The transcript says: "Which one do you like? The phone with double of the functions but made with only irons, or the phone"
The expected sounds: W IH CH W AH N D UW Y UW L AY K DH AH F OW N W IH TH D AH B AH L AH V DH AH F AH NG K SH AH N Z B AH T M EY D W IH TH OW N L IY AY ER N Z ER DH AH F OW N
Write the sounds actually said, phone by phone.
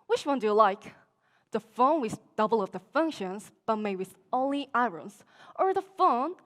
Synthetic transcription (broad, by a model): W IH CH W AH N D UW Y L AY K DH AH F OW N W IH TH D AH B L AH V DH AH F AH NG K SH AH N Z B AH T M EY W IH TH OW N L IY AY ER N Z ER DH AH F OW N